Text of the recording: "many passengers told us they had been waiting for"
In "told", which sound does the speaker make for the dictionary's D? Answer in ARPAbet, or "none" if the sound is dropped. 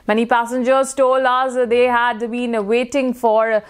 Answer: none